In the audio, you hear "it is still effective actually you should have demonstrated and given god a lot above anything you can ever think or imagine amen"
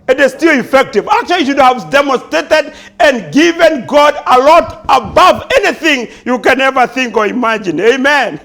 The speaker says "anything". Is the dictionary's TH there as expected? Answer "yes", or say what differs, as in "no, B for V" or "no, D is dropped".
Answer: yes